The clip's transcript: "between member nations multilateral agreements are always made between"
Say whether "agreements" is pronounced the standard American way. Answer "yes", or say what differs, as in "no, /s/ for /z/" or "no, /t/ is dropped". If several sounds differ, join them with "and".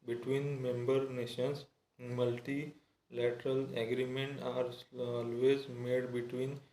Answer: no, /s/ is dropped